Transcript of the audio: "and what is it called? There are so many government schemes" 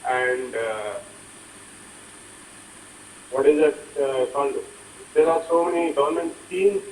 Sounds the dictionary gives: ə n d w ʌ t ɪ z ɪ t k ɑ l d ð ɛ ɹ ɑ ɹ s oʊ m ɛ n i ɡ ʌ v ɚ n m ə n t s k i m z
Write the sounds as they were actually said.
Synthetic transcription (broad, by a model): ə n d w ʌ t ɪ z ɪ t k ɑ n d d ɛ ɹ ɑ ɹ s oʊ m ɛ n i ɡ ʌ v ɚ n m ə n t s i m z